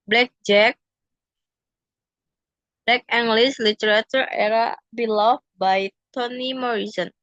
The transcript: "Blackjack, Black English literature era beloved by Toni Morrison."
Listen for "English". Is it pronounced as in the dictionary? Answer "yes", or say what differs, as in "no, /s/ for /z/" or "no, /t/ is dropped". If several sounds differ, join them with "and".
no, /s/ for /ʃ/